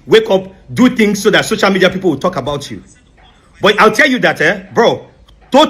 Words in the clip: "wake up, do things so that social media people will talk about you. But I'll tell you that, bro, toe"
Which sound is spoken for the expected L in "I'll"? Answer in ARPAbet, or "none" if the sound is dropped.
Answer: L